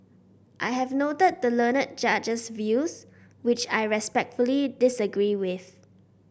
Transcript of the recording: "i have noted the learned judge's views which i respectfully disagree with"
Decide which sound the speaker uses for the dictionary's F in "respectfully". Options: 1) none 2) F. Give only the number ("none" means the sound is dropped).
2